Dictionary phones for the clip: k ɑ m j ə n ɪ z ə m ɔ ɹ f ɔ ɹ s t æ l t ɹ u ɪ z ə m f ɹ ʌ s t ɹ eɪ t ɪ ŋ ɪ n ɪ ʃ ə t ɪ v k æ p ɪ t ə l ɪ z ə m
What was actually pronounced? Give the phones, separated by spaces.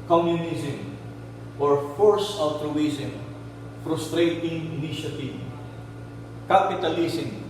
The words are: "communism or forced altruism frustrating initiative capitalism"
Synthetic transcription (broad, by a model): k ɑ m j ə n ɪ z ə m ɔ ɹ f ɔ ɹ s ɔ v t ɹ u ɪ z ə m f ɹ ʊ s t ɹ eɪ t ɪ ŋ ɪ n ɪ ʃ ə t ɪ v k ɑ p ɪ t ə l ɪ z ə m